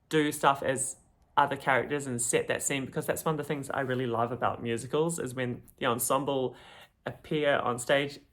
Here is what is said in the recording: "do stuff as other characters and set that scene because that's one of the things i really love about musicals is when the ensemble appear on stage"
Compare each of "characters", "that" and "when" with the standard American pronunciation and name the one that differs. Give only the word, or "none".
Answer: none